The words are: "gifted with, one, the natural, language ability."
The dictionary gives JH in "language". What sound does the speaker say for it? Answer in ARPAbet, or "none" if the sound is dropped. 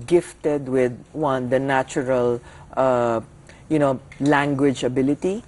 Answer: JH